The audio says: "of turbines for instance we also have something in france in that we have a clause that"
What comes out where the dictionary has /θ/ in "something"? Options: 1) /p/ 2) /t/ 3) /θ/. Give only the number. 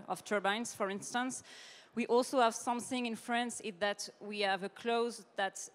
3